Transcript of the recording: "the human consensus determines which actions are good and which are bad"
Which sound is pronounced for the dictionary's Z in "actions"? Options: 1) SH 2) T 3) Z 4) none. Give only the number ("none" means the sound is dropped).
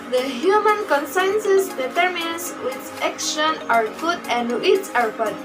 4